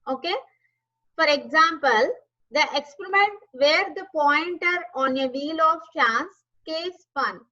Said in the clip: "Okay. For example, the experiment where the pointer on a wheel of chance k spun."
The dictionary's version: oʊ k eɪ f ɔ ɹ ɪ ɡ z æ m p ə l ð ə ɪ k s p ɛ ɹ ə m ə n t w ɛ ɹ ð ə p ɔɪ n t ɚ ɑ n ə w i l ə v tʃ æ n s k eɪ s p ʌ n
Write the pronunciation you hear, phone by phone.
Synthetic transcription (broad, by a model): oʊ k eɪ f ɔ ɹ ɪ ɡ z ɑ m p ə l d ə ɪ k s p ɛ ɹ ə m ə n t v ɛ ɹ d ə p ɔɪ n t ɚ ɑ n ə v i l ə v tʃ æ n s k eɪ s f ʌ n